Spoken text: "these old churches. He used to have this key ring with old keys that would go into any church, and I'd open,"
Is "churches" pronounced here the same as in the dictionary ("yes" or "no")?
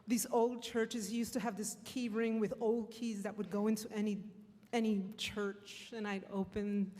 yes